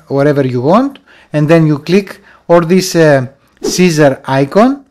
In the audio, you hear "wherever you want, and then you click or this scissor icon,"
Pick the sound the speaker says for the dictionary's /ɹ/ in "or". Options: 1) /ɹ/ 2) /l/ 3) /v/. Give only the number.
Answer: 2